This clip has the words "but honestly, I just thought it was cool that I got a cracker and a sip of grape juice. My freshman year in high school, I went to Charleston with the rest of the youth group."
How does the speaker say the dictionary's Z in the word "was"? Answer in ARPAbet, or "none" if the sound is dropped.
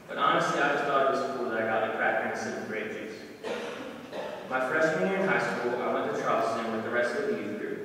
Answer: S